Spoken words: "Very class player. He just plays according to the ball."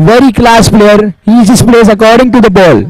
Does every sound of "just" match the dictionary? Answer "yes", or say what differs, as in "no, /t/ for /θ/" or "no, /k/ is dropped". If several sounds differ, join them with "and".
no, /z/ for /dʒ/